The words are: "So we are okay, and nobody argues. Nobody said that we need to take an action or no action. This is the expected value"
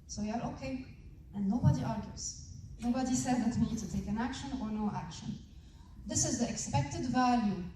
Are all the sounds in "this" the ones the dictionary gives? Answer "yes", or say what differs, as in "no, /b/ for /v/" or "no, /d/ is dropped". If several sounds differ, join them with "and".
yes